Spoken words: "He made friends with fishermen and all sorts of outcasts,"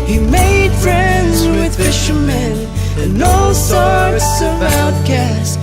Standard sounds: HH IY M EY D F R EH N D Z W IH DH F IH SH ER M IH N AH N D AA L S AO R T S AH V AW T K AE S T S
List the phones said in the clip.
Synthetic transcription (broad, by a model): HH IY M EY D F R EH N D Z W IH DH F IH SH ER M IH N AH N AA L S AO R T S AH V AW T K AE S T